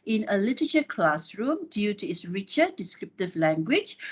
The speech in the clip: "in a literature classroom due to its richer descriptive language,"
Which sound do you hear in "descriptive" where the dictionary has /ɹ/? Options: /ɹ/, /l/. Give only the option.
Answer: /ɹ/